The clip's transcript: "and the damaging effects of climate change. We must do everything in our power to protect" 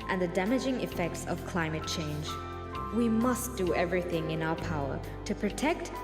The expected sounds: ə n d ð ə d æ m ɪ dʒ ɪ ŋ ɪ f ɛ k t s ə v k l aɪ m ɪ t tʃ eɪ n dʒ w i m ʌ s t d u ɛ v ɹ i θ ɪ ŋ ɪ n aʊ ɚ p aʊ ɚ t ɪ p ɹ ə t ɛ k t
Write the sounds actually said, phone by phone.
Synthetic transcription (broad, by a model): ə n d ð ə d æ m ɪ dʒ ɪ ŋ ɪ f ɛ k t s ə v k l aɪ m ɪ t tʃ eɪ n dʒ w i m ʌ s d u ɛ v ɹ i θ ɪ ŋ ɪ n aʊ ɚ p aʊ ɚ t ɪ p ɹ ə t ɛ k t